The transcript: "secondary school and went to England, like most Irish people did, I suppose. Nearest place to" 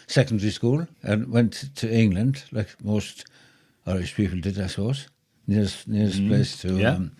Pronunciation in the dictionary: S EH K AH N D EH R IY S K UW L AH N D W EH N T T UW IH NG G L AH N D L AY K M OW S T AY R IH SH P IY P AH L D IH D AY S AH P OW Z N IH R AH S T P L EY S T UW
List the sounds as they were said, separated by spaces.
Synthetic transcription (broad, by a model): S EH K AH N D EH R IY S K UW L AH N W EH N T T UW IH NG L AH N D L AY K M OW S T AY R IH S P IY P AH L D IH D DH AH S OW S N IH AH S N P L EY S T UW